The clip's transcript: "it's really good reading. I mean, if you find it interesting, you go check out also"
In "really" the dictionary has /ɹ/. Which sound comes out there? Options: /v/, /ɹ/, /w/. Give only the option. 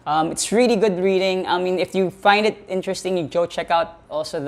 /ɹ/